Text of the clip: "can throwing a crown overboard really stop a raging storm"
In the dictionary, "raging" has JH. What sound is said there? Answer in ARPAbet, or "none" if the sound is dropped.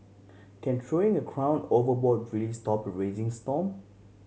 Z